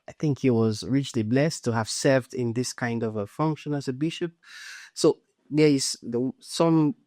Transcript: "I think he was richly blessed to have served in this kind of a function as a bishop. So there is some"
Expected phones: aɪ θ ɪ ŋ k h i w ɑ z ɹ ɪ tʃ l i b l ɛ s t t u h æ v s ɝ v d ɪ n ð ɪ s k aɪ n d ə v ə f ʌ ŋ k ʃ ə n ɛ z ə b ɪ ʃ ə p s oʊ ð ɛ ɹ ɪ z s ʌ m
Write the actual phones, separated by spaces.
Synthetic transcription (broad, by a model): aɪ θ ɪ ŋ k h i w ɑ z ɹ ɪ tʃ l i b l ɛ s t t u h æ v s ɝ v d ɪ n ð ɪ s k aɪ n d ə v ə f ʌ ŋ k ʃ ə n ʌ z ə b ɪ ʃ ə p s oʊ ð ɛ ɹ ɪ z s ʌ m